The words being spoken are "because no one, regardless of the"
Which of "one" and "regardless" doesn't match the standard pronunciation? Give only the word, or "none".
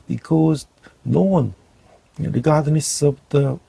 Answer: regardless